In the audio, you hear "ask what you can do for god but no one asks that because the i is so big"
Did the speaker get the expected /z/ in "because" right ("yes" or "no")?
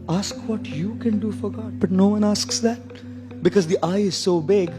yes